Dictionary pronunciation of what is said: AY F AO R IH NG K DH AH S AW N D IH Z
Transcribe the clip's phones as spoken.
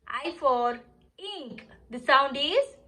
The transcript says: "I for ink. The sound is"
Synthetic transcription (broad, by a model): AY F AO R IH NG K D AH S AW N D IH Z